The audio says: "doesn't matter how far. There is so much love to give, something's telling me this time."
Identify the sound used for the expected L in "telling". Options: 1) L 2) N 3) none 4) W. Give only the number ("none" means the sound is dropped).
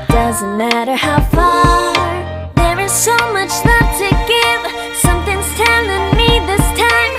2